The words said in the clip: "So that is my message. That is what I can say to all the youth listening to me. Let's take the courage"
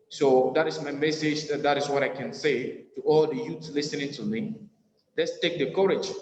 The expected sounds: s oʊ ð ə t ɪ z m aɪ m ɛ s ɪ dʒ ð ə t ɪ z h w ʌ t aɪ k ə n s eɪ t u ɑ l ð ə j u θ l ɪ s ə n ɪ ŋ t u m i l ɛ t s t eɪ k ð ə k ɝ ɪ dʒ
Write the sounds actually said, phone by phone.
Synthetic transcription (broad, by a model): s oʊ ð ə t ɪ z m aɪ m ɛ s ɪ dʒ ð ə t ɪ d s w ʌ t aɪ k ə n s eɪ t u ɑ l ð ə j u s l ɪ s ə n ɪ ŋ t u m i l ɛ t s t eɪ k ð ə k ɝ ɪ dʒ